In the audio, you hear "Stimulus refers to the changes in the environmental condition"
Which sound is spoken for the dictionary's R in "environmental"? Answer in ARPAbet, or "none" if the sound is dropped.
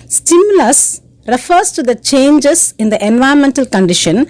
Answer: none